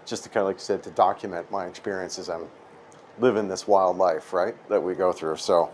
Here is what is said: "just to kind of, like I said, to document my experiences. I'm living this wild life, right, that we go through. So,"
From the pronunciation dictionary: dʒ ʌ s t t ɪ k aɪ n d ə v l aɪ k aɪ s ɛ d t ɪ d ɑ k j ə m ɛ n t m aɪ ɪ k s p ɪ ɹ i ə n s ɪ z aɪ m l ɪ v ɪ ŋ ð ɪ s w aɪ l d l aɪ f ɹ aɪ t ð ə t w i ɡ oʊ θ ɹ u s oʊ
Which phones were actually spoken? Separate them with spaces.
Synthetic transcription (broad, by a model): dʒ ʌ s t t ɪ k aɪ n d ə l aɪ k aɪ s ɛ d t ɪ d ɑ k j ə m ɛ n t m aɪ ɪ k s p ɪ ɹ i ə n s ɪ z aɪ m l ɪ v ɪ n ð ɪ s w aɪ l d l aɪ f ɹ aɪ t ð ə t w i ɡ oʊ θ ɹ u s oʊ